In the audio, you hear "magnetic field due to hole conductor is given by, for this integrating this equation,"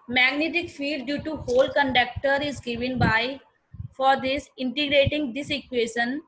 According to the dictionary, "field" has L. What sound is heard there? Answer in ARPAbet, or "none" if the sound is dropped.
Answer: none